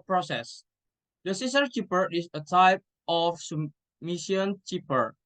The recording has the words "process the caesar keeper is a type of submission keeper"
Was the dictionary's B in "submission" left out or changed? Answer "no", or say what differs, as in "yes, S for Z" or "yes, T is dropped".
yes, B is dropped